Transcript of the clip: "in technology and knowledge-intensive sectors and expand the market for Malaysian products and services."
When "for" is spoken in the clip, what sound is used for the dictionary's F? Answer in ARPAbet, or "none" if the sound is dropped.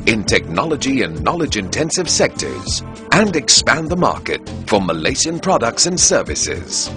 F